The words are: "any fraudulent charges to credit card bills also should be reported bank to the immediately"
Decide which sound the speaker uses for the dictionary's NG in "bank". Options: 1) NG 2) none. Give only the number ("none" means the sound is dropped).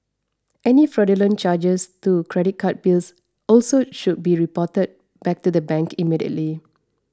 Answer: 2